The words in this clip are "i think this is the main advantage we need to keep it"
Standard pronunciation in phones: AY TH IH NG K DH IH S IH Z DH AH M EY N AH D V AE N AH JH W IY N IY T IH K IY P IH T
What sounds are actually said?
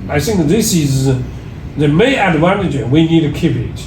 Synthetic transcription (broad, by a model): AY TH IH NG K DH IH S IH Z DH AH M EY AH D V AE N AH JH W IY N IY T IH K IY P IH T